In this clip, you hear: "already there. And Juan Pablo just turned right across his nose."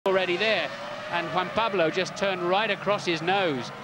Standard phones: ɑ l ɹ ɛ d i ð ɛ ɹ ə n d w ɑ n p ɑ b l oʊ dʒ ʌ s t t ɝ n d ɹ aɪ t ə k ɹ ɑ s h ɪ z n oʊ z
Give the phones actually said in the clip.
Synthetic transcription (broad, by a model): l ɹ ɛ d i ð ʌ ɹ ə n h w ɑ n p ɑ b l oʊ dʒ ʌ s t t ɝ n ɹ aɪ t ə k ɹ ɑ s h ɪ z n oʊ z